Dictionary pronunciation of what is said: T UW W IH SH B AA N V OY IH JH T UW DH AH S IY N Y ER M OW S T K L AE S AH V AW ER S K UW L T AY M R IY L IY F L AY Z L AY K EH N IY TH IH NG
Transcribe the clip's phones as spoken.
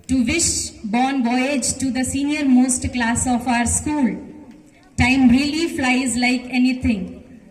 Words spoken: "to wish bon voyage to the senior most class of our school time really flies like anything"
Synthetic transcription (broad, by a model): T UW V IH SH B AA N B OY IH JH T UW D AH S IY N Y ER M OW S T K L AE S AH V AW ER S K UW L T AY M R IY L IY F L AY Z L AY K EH N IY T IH NG